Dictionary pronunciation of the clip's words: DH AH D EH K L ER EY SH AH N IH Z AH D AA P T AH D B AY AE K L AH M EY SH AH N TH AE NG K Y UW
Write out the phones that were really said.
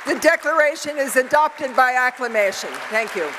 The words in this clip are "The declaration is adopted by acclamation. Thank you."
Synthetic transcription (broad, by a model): DH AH D EH K L ER EY SH AH N IH Z AH D AA P T AH D B AY AE K L AH M EY SH AH N TH AE NG K Y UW